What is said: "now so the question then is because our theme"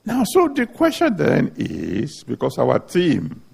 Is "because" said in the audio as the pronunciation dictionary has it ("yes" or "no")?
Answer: no